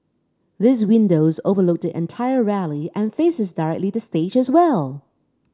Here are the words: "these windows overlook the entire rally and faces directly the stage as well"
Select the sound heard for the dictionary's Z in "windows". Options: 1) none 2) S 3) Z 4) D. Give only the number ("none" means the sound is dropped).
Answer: 3